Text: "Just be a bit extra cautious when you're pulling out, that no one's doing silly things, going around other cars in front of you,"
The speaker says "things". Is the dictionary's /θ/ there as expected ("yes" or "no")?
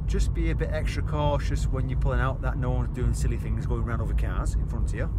yes